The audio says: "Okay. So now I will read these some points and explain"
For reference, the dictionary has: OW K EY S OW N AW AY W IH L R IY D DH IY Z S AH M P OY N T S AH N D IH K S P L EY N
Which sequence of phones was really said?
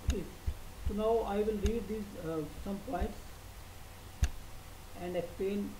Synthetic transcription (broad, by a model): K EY S OW N AW AY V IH L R IY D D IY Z S AH M P OY N T S AH N D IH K S P L EY N